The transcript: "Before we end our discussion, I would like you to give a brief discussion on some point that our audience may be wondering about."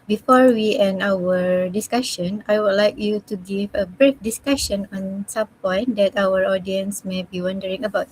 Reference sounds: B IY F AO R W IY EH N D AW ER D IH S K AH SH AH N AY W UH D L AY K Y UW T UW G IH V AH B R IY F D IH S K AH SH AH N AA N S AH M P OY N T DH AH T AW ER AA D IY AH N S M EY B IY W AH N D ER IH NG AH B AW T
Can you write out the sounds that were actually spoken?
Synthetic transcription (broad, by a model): B IY F AO R W IY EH N AW ER D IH S K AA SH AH N AY W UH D L AY K Y UW T UW G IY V AH B R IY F D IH S K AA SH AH N AA N S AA M P OY N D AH T AW ER AA D IY AH N S M EY B IY W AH N D ER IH NG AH B AW T